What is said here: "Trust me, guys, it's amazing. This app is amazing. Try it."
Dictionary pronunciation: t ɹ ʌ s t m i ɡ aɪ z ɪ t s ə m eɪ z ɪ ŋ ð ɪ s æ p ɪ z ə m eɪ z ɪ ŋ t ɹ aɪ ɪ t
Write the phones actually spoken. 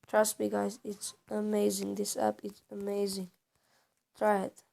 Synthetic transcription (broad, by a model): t ɹ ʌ s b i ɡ aɪ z ɪ t s ə m eɪ z ɪ ŋ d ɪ s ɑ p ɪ s ə m eɪ z ɪ ŋ t ɹ aɪ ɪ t